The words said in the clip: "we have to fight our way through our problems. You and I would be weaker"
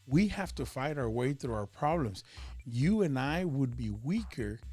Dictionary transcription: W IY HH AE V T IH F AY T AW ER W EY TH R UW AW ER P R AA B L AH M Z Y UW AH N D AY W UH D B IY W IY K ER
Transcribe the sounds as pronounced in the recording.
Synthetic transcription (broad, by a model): W IY HH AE F T IH F AY T AW ER W EY TH R UW AW ER P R AA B L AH M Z Y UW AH N AY W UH D B IY W IY K ER